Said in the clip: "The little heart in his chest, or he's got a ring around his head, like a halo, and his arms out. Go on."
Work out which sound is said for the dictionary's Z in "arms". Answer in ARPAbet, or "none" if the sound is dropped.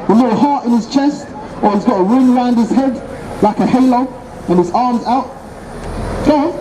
Z